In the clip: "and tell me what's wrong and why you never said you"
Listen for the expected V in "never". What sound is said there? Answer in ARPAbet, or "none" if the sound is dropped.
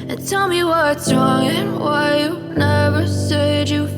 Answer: V